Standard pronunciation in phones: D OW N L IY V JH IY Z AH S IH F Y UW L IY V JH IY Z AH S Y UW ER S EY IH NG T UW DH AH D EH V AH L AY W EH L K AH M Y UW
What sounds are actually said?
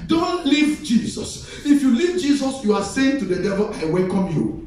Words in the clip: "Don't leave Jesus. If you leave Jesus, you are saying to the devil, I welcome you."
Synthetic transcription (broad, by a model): D OW N L IY V JH IY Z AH S IH F Y UW L IY V JH IY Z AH S Y UW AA S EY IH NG T UW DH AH D EH V AH L AY W EH L K AH M Y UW